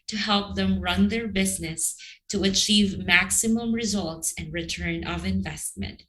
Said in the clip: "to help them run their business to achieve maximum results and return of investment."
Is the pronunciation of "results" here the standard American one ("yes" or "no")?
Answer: yes